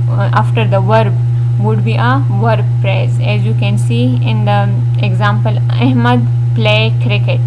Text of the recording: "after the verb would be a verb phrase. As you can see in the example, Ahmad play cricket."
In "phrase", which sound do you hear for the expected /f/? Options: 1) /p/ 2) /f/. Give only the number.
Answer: 1